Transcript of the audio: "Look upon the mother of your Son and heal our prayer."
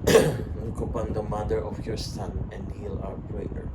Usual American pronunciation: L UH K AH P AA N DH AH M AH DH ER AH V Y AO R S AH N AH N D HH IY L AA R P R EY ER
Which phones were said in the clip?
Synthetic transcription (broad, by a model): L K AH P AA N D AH M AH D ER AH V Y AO R S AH N AH N D HH IY L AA W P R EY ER